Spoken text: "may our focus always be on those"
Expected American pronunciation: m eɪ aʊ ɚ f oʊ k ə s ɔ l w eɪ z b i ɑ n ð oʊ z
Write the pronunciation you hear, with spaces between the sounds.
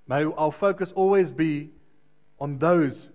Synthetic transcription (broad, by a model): m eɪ aʊ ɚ f oʊ k ə s ɔ l w eɪ z b i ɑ n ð oʊ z